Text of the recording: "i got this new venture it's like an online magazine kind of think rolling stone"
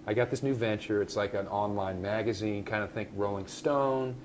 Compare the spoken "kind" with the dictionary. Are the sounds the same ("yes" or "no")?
yes